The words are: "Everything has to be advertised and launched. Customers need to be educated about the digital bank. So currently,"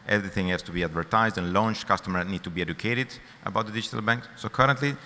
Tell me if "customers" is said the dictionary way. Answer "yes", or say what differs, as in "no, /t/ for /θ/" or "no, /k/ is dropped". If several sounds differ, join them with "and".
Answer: no, /z/ is dropped